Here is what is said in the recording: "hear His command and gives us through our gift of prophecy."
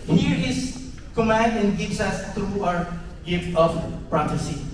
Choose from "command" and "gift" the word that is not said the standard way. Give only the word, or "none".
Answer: none